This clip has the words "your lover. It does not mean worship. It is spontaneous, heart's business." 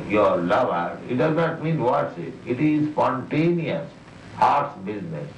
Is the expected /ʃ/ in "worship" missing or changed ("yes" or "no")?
yes